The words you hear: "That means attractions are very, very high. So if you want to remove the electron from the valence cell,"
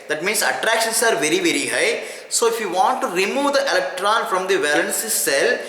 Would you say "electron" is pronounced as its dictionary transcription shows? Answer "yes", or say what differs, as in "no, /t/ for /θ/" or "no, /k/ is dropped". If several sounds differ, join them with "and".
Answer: yes